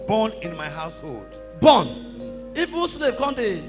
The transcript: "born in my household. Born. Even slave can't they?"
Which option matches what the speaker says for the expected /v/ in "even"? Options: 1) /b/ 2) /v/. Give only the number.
1